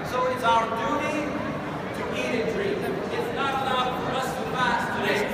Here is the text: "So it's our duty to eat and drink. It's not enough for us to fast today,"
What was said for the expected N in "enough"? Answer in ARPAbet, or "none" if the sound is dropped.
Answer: L